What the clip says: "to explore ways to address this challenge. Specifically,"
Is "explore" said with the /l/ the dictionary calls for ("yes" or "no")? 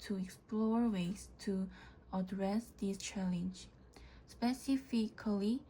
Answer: yes